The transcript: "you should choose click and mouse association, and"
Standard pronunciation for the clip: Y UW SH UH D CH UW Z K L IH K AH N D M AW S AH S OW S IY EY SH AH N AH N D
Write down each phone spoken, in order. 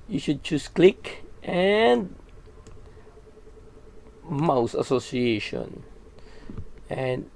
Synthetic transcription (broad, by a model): Y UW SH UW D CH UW S K L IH K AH N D M AW S AH S OW S IY EY SH AH N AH N